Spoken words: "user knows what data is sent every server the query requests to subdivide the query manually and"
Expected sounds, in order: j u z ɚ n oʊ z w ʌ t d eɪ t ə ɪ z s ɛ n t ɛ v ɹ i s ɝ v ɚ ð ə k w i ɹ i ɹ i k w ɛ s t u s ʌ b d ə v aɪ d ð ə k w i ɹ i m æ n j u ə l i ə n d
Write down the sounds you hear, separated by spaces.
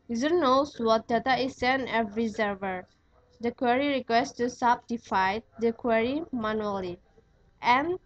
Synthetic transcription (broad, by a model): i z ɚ n oʊ s w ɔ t d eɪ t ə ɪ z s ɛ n ɛ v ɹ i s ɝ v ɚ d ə k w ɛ ɹ i ɹ i k w ɛ s t u s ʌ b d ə f aɪ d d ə k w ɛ ɹ i m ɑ n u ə l i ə n